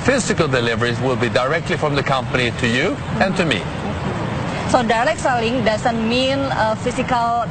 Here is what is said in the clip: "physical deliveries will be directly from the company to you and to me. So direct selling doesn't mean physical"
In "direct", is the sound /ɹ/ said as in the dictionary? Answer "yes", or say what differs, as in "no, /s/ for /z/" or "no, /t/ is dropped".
no, /l/ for /ɹ/